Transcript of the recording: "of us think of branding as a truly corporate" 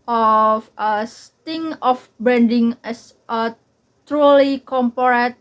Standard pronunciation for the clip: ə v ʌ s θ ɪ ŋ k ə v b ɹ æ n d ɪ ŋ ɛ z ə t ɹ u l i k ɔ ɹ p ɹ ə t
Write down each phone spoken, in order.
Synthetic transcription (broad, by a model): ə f ʌ s t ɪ ŋ ə f b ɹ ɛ n d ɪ ŋ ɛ s ə t ɹ u l i k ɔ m p ɹ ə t